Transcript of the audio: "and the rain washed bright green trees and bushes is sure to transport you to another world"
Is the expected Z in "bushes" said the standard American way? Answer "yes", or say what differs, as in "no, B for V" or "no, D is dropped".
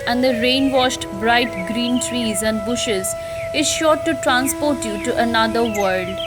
yes